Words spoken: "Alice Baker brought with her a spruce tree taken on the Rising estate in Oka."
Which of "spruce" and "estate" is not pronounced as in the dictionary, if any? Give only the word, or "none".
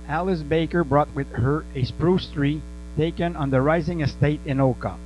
none